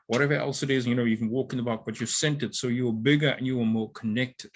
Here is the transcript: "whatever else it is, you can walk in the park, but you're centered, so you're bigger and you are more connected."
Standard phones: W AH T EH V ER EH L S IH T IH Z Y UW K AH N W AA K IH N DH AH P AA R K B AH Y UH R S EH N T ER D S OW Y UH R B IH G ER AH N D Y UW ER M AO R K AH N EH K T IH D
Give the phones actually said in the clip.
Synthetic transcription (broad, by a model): W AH T EH V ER EH L S IH T IH Z Y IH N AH N W AA K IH N DH AH B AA K B AH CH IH S EH N T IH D S OW Y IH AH B IH G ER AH N Y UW ER M AO R K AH N EH K T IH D